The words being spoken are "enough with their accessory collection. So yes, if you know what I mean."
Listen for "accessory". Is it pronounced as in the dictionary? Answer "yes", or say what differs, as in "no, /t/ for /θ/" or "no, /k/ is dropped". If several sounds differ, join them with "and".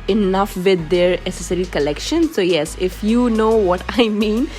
no, /k/ is dropped